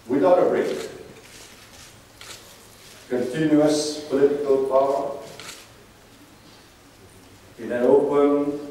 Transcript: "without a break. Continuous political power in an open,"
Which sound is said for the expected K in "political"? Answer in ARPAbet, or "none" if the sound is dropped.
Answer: K